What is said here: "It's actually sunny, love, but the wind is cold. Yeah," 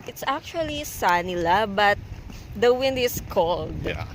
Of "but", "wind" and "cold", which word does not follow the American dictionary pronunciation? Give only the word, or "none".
none